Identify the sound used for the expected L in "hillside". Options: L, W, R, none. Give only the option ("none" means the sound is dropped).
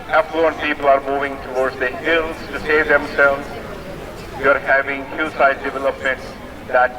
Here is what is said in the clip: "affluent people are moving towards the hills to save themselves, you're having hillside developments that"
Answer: none